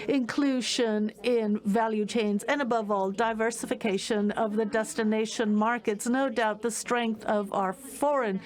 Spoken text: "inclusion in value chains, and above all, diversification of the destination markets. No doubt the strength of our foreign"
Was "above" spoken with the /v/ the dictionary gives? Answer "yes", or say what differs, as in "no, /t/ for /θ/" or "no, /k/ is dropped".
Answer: yes